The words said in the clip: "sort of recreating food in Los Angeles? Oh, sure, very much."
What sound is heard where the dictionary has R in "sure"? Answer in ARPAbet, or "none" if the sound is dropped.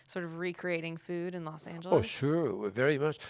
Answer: R